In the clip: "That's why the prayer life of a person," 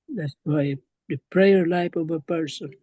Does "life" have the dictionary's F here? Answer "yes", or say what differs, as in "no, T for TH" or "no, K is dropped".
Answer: no, P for F